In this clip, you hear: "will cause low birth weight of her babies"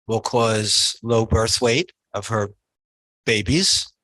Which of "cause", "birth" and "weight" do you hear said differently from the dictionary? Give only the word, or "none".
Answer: none